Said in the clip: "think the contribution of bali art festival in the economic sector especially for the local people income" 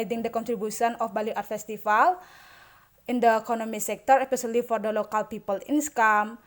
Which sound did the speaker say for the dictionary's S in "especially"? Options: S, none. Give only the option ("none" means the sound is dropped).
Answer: none